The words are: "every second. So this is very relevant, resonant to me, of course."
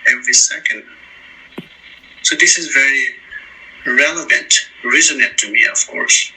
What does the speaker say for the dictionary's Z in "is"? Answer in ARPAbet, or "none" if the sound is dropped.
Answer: Z